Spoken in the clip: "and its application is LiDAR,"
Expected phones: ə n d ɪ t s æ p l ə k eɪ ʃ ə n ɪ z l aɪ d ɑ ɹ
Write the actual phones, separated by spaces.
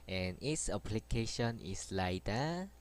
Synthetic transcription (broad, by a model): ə n ɪ t s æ p l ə k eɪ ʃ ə n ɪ s l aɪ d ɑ